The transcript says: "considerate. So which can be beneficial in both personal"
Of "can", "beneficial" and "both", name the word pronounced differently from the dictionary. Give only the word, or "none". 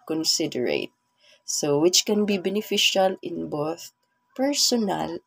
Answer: none